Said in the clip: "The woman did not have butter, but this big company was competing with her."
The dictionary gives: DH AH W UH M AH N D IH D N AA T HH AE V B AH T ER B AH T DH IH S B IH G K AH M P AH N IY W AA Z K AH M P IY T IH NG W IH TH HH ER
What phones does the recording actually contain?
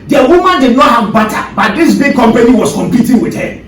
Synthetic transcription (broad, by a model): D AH W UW M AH N D IH D N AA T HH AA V B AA T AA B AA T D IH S B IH G K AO M P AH N IY W AA S K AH M P IY T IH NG W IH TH HH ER